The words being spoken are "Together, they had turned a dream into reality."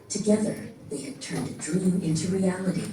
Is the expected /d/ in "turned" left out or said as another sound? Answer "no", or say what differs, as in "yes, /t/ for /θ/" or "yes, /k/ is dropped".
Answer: no